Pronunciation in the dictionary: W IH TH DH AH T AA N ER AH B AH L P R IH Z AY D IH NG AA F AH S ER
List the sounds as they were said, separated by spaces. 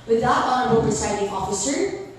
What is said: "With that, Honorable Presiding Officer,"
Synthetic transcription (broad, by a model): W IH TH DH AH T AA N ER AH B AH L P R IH S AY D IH NG AA F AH S ER